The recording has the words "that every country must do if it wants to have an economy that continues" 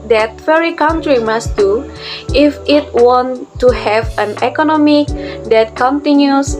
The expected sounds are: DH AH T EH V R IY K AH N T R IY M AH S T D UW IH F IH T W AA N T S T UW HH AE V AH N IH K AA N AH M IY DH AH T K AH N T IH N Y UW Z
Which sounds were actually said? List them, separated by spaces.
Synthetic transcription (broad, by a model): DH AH T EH R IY K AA N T R IY M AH S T D UW IH F IH T W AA N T T UW HH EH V AH N IH K AA N AH M IY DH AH T K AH N T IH N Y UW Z